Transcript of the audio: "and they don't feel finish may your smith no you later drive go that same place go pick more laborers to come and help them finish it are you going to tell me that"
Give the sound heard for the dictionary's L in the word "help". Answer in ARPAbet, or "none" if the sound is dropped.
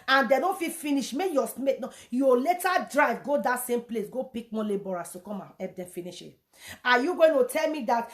none